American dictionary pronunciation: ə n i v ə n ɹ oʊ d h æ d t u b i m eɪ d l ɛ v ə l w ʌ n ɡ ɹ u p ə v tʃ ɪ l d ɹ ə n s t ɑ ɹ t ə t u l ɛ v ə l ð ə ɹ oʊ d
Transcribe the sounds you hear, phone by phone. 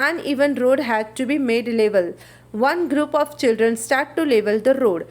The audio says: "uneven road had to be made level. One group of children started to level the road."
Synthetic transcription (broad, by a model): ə n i v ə n ɹ oʊ d h æ d t u b i m eɪ d l ɛ v ə l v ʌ n ɡ ɹ u p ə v tʃ ɪ l d ɹ ə n s t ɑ ɹ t t u l ɛ v ə l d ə ɹ oʊ d